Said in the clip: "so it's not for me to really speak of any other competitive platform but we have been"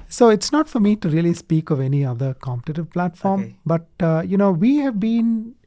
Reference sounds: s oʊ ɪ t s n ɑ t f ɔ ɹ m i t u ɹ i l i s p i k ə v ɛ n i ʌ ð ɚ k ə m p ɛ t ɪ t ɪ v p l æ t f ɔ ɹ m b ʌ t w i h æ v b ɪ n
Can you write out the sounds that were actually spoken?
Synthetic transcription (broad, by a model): s oʊ ɪ t s n ɑ t f ɔ ɹ m i t u ɹ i l i s p i k ə v ɛ n i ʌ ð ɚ k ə m p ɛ t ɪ t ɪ v p l æ t f ɔ ɹ m b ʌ t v i h æ v b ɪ n